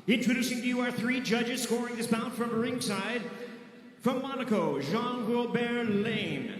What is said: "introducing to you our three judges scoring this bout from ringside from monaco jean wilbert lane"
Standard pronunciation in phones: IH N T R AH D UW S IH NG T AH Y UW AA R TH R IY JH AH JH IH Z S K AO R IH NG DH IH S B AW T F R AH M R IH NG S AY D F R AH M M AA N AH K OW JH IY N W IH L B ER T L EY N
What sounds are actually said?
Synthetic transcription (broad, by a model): IH N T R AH D UW S IH NG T Y UW AA R TH R IY JH AH JH IH Z S K AO R IH NG DH IH S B AW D F R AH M R IH NG S AY D F R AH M M AA N AH K OW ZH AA N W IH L B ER L EY N